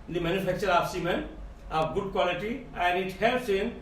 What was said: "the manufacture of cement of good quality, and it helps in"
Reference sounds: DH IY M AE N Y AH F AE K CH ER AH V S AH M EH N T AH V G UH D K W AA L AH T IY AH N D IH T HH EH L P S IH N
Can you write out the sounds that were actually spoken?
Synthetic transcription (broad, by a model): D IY M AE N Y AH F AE K CH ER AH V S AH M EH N AH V G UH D K W AA L AH T IY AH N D IH T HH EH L S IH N